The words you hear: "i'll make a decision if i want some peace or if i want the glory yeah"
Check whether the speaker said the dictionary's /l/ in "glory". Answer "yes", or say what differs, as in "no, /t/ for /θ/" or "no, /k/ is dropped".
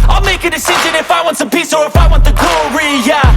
no, /l/ is dropped